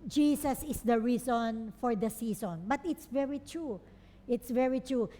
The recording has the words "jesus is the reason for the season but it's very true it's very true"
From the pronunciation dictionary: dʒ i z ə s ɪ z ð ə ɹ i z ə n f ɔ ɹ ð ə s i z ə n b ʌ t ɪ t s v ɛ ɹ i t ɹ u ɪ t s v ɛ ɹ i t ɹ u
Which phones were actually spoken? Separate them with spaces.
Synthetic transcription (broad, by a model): dʒ i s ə s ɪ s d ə ɹ i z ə n f ɔ ɹ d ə s i s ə n b ʌ t ɪ t s v ɛ ɹ i t ɹ u ɪ t s v ɛ ɹ i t ɹ u